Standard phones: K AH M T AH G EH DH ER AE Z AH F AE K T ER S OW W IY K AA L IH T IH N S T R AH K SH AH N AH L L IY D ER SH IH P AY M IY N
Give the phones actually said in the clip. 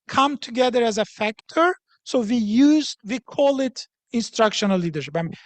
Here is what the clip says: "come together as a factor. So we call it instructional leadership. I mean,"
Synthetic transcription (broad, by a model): K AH M T AH G EH DH ER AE Z AH F AE K T ER S OW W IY K AA L IH T IH N S T R AH K SH AH N AH L L IY D ER SH IH P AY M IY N